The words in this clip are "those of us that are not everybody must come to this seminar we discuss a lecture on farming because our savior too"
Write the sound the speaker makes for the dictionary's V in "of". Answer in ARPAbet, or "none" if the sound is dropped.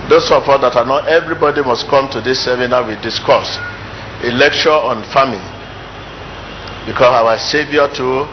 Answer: P